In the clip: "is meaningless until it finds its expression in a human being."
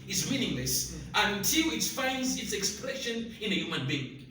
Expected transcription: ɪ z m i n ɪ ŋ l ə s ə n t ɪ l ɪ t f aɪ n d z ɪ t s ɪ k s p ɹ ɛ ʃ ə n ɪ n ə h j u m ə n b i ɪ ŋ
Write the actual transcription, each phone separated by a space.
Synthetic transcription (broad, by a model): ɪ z m i n ɪ ŋ l ə s ə n t ɪ l ɪ t f aɪ n d z ɪ t s ɪ k s p ɹ ɛ ʃ ə n ɪ n ə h j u m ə n b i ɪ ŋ